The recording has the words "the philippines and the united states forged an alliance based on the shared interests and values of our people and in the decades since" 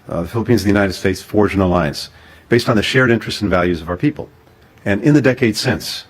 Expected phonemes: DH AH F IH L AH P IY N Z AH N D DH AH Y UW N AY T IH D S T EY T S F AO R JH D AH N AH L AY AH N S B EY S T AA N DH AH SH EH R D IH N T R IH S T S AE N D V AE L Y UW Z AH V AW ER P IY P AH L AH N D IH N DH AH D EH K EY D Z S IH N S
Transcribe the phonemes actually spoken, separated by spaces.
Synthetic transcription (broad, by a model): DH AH F IH L AH P IY N Z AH DH AH Y UW N AY T IH D S T EY T S F AO R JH AH N AH L AY AH N S B EY S T N DH AH SH EH R D IH N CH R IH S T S N V AE L Y UW Z AH V AW ER P IY P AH L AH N IH N DH AH D EH K EY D S IH N S